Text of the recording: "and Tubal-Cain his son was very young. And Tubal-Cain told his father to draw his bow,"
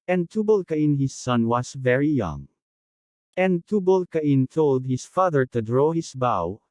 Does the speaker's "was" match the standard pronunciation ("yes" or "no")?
no